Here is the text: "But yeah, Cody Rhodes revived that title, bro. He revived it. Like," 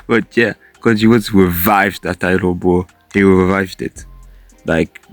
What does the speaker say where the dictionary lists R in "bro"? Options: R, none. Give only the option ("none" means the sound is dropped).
none